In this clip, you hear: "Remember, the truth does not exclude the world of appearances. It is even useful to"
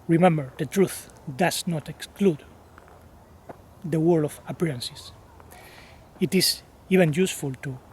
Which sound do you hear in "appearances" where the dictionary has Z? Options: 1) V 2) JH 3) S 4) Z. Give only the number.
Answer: 3